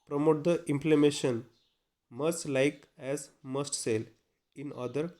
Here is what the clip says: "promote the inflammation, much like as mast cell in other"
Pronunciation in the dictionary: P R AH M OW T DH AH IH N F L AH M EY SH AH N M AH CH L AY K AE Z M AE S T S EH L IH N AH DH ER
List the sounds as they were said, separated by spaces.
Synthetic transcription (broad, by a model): P R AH M OW T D AH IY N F L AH M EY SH AH N M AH S L AY K AE Z M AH S T S EH L IH N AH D ER